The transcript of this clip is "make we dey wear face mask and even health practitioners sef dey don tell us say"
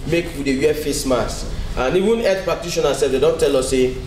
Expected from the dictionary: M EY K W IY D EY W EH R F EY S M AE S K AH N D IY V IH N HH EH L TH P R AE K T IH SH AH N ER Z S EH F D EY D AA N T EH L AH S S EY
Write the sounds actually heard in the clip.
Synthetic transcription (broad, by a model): M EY K W IY D EY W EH F EY S M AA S AH N IY V IH N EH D P R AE K T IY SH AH N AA S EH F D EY D AA N T EH L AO S S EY